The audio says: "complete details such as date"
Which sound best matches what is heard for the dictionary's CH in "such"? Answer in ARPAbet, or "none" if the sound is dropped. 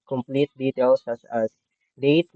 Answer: S